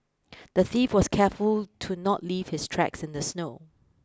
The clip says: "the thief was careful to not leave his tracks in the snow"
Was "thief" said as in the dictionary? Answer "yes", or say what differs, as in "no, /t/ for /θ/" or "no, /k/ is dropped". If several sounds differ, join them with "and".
yes